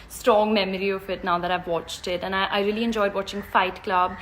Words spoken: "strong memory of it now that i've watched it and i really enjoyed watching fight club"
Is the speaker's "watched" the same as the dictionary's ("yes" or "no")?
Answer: yes